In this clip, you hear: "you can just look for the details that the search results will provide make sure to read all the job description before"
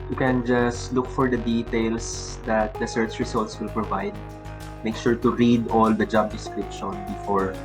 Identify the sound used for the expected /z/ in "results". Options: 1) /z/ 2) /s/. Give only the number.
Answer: 2